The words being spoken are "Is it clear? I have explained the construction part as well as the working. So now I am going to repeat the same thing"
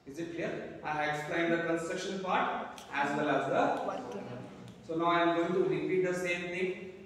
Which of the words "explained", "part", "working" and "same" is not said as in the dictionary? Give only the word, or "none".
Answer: working